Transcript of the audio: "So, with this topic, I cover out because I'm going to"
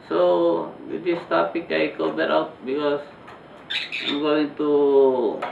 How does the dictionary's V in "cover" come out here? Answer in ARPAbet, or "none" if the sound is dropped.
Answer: B